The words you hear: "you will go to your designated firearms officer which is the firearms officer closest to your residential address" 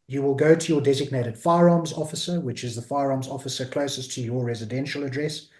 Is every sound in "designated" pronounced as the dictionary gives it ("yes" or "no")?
yes